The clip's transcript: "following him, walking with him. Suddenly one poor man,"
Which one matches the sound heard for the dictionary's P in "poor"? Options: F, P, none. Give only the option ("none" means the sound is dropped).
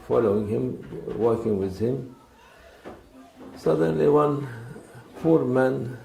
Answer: F